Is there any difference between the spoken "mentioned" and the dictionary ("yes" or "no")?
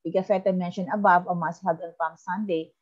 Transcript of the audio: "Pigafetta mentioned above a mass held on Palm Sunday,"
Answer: yes